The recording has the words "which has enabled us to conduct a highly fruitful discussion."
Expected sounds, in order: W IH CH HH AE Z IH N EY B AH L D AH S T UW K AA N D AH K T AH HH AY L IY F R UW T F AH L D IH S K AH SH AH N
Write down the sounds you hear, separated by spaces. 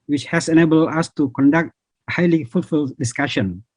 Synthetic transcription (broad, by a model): W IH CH HH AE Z IH N EY B AH L D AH S T UW K AA N D AH K T HH AY L IY F UW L F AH L D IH S K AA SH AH N